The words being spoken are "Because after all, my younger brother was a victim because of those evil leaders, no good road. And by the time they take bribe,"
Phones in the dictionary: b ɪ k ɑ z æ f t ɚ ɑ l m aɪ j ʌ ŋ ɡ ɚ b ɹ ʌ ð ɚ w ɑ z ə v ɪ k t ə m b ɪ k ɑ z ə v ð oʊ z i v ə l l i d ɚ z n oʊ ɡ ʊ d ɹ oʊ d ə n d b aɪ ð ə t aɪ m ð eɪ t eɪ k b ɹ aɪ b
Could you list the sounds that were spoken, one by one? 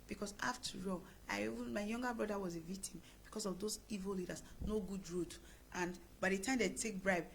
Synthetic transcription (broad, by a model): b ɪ k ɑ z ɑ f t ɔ ɑ n m aɪ j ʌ ŋ ɡ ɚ b ɹ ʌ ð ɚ w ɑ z ə v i k t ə m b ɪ k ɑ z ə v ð oʊ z i v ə l l i d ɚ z n oʊ ɡ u d ɹ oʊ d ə n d b aɪ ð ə t aɪ m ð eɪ t eɪ k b ɹ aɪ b